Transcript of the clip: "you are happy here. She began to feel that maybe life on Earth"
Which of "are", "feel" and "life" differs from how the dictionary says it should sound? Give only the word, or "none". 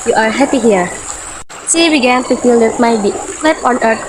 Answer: life